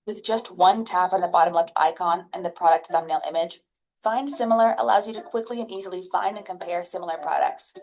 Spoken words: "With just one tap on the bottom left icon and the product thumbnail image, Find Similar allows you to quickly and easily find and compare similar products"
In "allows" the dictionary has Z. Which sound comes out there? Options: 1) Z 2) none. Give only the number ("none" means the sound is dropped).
1